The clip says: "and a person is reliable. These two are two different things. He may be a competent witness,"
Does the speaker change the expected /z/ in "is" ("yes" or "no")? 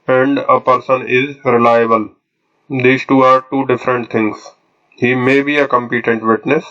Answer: no